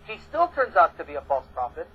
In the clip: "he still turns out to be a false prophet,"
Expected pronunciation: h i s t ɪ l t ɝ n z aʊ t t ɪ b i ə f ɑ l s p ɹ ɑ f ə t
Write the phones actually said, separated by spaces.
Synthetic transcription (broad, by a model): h i s t ɪ l t ɝ n z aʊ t t ɪ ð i ə f ɑ l s p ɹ ɑ f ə t